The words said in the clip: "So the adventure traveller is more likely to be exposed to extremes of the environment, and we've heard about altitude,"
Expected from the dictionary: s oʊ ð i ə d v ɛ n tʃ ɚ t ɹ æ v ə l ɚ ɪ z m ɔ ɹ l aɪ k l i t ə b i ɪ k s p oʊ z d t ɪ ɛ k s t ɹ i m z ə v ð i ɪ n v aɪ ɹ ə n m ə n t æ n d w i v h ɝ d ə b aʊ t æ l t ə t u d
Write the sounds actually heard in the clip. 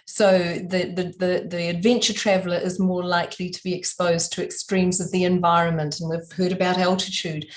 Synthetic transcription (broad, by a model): s oʊ ð i ə d v ɛ n tʃ ɚ t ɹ æ v l ɚ ɪ z m ɔ ɹ l aɪ k l i t ə b i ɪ k s p oʊ z t ɪ ɛ k s t ɹ i m z ə v ð i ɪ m v aɪ ɹ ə n m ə n t n w i v h ɝ d ə b aʊ t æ l t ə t u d